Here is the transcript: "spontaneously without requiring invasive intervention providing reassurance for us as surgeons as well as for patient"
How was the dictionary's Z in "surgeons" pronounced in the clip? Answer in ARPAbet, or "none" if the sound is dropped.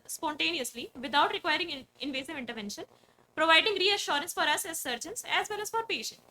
S